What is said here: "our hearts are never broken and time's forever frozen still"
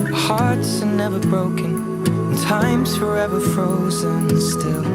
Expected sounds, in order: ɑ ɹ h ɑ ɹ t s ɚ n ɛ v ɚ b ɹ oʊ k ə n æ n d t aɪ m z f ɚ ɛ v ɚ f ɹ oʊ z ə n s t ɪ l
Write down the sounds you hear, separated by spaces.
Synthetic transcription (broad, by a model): h ɑ ɹ t s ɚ n ɛ v ɚ b ɹ oʊ k ə n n t aɪ m z f ɚ ɛ v ɚ f ɹ oʊ z ə n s t ɪ l